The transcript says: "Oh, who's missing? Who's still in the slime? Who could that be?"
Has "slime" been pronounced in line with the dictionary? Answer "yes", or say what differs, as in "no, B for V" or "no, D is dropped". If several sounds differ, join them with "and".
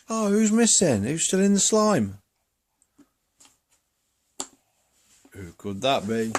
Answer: yes